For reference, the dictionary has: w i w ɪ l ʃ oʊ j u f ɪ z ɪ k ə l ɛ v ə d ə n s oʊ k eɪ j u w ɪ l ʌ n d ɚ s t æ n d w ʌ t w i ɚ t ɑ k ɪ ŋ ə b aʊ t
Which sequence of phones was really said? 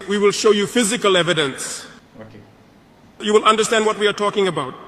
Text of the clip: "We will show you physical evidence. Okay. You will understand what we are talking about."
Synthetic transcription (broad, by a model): w i w ɪ l ʃ oʊ j u f ɪ z ɪ k ə l ɛ v ə d ə n s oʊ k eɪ j u w ɪ l ʌ n d ɚ s t æ n d w ʌ t w i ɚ t ɑ k ɪ ŋ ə b aʊ t